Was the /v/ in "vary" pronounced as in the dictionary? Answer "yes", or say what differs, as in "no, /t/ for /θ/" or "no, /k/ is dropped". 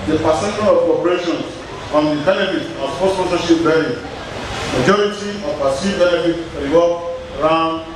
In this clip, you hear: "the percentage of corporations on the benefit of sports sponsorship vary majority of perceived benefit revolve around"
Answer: no, /b/ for /v/